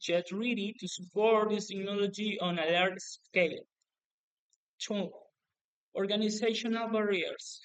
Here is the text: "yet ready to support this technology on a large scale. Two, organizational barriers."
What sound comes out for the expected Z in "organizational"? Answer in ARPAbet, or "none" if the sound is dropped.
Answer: S